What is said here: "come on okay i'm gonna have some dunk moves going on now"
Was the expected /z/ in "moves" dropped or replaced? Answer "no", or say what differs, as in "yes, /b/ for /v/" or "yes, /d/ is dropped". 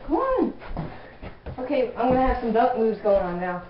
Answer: no